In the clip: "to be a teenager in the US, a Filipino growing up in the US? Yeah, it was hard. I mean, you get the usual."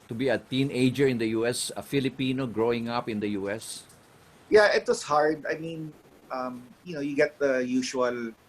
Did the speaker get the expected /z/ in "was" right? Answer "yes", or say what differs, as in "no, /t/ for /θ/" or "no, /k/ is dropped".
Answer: no, /s/ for /z/